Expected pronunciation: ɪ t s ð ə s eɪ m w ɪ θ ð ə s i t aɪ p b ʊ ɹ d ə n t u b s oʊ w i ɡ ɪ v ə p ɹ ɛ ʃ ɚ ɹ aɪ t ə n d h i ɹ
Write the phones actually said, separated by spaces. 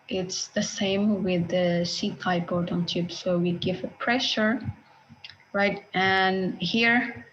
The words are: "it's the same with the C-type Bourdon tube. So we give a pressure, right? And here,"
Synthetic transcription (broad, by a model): ɪ t s ð ə s eɪ m w ɪ ð ə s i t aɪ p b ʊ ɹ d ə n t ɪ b s oʊ w i ɡ ɪ v ə p ɹ ɛ ʃ ɚ ɹ aɪ t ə n h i ɹ